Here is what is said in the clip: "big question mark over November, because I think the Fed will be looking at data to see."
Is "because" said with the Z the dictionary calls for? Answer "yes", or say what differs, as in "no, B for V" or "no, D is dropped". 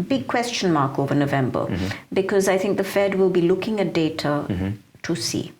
yes